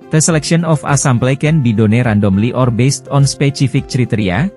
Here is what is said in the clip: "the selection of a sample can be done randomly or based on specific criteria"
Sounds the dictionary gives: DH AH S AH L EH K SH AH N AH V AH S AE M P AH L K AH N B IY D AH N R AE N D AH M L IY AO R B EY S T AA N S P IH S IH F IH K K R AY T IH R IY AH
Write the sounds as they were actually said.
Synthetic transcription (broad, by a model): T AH S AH L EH K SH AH N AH F AH S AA M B L K AH N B IY D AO N R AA N D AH M L IY AO R B EY S T AA N S P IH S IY F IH K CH R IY T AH R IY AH